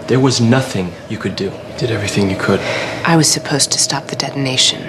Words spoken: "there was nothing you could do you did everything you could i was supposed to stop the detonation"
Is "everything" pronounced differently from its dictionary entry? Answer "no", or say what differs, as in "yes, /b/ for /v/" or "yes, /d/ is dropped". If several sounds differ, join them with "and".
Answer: no